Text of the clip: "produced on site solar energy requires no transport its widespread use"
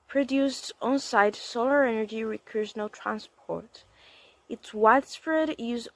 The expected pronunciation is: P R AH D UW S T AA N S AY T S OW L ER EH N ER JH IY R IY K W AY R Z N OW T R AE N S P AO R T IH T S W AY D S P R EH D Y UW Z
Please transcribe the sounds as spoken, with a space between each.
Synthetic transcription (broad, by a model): P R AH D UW S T AA N S AY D S OW L ER EH N ER JH IY R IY K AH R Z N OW T R AE N S P AO R T IH T S W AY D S F R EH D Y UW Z